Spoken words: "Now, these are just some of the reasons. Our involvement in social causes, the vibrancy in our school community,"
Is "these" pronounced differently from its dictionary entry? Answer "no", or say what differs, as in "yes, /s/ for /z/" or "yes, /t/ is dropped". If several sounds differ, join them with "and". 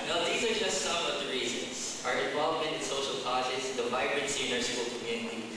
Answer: no